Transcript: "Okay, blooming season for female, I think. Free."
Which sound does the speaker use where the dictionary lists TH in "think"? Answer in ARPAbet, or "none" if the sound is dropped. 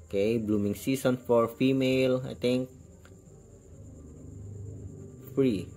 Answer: T